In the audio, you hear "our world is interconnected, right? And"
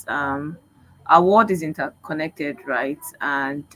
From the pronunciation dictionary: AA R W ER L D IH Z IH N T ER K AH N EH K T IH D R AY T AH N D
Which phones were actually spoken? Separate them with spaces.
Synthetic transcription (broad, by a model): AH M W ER W D IH Z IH N T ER K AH N EH K T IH D R AY T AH N